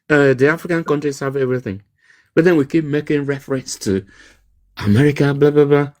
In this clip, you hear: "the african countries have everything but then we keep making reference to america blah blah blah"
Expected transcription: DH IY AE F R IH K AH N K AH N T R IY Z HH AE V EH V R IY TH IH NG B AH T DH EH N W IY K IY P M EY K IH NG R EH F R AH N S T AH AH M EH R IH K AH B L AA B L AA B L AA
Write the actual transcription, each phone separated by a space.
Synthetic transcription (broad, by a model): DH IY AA F R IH K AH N K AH N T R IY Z HH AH V EH V R IY TH IH NG B AH T DH EH N W IY K IY P M EY K IH NG R EH F R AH N S T AH AH M EH R IH K AH B L AA B L AA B L AA